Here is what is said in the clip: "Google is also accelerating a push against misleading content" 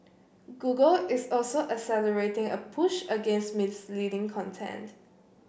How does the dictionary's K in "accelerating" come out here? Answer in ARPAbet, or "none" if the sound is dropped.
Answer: none